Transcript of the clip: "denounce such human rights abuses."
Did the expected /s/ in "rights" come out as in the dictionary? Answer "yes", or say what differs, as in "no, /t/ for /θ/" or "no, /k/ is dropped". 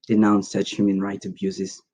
no, /s/ is dropped